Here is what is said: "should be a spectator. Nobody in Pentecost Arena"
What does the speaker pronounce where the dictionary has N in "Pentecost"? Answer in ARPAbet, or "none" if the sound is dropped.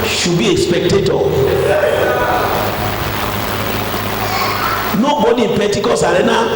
none